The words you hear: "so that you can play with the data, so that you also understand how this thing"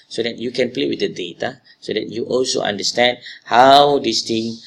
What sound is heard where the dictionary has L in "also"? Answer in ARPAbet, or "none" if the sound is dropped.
L